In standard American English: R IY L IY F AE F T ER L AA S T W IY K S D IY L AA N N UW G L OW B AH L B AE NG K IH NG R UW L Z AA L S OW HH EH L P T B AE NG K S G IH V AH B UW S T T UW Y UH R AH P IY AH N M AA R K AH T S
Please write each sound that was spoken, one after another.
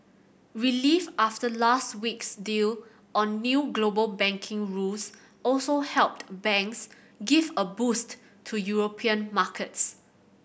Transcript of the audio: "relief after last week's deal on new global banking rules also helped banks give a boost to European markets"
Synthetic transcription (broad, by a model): R IY L IY F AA F T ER L AA S T W IY K S D IY L AA N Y UW G L OW B AH L B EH NG K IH NG R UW L S AA L S OW HH EH L P T B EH NG K S G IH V AH B UW S T T UW Y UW R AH P IY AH N M AA K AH T S